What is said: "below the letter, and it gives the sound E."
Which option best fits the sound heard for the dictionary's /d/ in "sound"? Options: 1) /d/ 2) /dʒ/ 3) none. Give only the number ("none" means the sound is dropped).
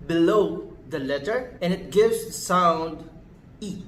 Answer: 1